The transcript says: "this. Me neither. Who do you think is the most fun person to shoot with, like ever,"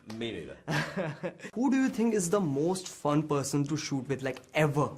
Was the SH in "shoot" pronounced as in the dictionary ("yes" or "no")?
yes